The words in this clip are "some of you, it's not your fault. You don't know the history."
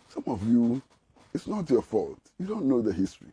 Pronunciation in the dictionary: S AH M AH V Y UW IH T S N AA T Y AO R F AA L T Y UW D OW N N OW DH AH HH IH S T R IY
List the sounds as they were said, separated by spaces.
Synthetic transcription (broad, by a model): S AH M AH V Y UW IH T S N AA T Y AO F AA L T Y UW D OW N N OW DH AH HH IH S T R IY